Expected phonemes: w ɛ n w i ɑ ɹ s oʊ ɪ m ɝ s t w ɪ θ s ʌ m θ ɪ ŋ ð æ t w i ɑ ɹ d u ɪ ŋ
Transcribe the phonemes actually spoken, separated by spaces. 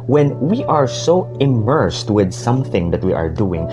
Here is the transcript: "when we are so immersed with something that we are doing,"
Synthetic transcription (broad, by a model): w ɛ n w i ɑ ɹ s oʊ ɪ m ɝ s t w ɪ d s ʌ m θ ɪ ŋ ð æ t w i ɑ ɹ d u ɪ ŋ